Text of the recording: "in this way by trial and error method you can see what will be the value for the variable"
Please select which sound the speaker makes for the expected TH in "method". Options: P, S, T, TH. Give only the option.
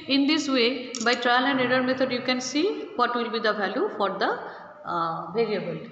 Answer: T